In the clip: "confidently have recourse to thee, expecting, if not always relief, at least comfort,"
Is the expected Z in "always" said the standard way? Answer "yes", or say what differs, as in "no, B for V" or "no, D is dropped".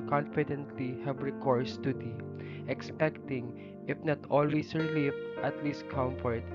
no, S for Z